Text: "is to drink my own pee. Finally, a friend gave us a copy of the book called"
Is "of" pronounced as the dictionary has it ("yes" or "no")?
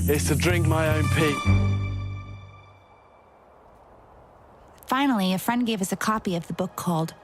yes